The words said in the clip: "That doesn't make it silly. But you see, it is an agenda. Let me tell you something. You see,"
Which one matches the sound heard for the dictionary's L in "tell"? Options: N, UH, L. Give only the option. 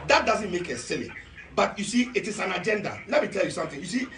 L